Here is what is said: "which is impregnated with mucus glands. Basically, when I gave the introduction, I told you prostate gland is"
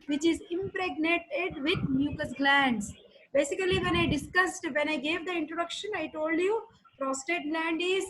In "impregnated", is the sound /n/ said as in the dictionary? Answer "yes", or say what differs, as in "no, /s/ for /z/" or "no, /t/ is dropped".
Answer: yes